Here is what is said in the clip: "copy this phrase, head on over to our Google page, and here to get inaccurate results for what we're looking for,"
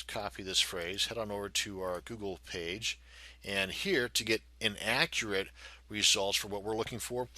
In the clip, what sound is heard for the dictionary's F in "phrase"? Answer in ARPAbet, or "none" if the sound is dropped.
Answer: F